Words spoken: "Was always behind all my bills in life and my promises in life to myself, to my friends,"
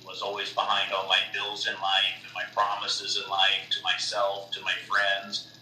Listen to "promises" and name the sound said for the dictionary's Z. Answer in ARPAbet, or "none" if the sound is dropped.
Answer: Z